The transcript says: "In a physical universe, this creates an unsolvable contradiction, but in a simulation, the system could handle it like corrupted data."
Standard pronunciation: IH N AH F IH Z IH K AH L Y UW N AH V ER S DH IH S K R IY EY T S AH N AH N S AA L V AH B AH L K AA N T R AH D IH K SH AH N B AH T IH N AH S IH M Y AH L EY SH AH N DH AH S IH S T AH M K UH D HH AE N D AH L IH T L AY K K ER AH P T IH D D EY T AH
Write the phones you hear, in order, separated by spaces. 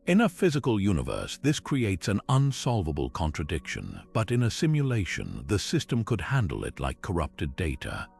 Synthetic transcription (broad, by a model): IH N AH F IH Z IH K AH L Y UW N AH V ER S DH IH S K R IY EY T S AH N AH N S AA L V AH B AH L K AA N T R AH D IH K SH AH N B AH T IH N AH S IH M Y AH L EY SH AH N DH AH S IH S T AH M K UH D HH AE N D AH L IH T L AY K K ER AH P T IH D D EY T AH